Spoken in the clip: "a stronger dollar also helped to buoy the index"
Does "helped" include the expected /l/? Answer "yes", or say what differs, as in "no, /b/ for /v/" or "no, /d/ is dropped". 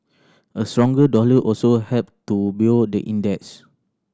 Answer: no, /l/ is dropped